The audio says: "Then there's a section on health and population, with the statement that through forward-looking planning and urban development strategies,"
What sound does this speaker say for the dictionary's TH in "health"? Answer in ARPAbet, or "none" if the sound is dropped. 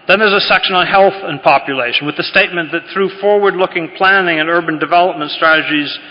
TH